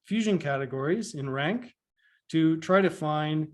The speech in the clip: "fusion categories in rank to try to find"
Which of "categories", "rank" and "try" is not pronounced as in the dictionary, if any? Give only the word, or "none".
none